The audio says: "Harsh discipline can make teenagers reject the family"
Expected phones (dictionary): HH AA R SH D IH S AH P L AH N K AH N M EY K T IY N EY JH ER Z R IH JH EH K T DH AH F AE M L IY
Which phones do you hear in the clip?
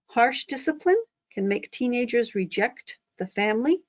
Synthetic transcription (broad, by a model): HH AA R SH D IH S AH P L AH N K AH N M EY K T IY N EY JH ER Z R IH JH EH K T DH AH F AE M L IY